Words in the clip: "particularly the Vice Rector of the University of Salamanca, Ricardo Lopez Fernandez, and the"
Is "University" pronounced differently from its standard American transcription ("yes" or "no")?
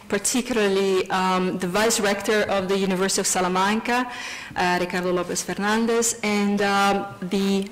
no